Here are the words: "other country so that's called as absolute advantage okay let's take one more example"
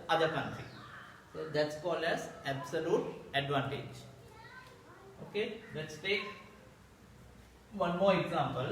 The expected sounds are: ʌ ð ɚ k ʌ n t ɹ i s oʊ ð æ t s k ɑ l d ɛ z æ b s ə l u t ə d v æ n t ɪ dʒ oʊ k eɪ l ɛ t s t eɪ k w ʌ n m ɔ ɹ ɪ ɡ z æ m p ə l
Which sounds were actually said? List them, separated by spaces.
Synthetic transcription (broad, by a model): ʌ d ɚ k ʌ n t ɹ i s oʊ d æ t s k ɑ l ɛ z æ b s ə l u t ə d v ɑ n t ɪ dʒ oʊ k eɪ l ɛ t s t eɪ k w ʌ n m ɔ ɹ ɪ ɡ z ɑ m p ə l